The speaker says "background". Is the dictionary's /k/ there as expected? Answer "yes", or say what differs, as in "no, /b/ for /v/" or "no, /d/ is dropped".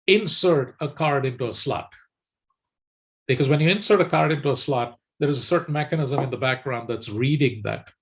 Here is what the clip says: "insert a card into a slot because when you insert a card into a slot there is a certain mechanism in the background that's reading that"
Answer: yes